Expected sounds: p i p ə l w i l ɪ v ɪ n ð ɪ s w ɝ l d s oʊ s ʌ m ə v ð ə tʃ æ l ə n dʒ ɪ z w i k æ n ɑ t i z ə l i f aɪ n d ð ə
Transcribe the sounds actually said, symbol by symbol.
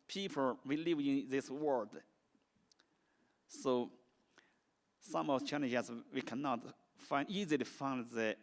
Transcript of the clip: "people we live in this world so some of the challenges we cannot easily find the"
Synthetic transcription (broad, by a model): p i p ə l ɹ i l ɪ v ɪ n ð ɪ s w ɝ d s oʊ s ʌ m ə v tʃ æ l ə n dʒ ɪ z w i k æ n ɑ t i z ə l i f aɪ n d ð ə